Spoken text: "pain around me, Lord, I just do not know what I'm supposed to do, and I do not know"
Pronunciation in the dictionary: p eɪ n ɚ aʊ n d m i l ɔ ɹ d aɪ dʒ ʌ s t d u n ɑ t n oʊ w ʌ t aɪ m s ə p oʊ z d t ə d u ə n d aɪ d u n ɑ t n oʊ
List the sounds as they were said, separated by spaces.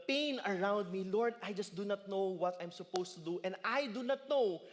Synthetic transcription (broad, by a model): p eɪ n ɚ aʊ n d m i l ɔ ɹ d aɪ dʒ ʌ s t d u n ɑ t n oʊ w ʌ t aɪ m s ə p oʊ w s t ə d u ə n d aɪ d u n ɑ t n oʊ